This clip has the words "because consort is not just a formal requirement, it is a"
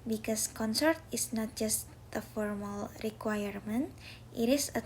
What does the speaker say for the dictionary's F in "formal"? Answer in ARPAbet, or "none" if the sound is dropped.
F